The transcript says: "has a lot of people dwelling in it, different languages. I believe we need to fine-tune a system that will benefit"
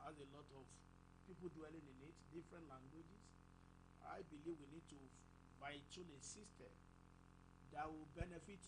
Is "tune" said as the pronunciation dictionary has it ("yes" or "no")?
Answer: no